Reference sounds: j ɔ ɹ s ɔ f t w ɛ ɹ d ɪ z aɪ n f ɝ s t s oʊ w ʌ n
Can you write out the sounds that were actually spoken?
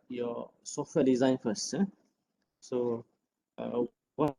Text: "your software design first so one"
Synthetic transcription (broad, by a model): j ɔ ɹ s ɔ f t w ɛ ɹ d ɪ z aɪ n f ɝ s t s oʊ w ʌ